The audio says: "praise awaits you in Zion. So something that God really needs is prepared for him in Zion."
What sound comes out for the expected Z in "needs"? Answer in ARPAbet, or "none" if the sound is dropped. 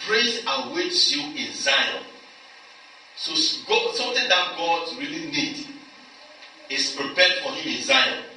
none